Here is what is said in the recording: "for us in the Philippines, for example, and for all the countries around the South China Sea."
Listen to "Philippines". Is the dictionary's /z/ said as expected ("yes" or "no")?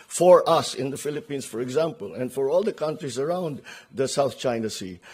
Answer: no